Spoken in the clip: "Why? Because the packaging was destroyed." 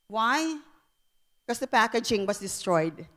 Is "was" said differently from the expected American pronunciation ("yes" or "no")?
yes